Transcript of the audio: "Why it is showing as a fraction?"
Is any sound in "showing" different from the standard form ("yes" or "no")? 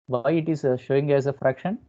no